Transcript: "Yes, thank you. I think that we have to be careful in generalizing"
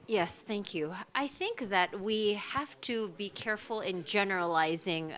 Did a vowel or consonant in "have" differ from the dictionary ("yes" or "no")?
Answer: yes